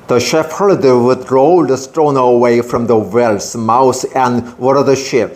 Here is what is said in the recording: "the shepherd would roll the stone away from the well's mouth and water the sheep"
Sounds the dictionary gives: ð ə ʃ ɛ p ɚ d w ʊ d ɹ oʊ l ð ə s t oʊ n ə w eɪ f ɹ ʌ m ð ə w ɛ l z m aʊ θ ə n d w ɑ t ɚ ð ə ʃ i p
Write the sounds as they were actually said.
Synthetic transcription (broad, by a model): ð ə ʃ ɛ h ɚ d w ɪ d ɹ oʊ l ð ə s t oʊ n ə w eɪ f ɹ ʌ m ð ə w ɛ l s m aʊ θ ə n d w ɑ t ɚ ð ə ʃ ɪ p